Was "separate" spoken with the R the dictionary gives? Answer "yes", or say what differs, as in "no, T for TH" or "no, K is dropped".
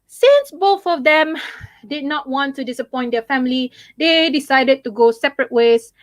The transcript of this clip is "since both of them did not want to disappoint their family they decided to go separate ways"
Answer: yes